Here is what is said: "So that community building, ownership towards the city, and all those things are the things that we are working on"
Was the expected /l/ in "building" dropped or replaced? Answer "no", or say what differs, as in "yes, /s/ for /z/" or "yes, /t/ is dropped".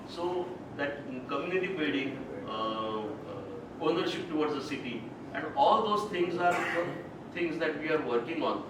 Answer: yes, /l/ is dropped